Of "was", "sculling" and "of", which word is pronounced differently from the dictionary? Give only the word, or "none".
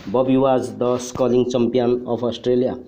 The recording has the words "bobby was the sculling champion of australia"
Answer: of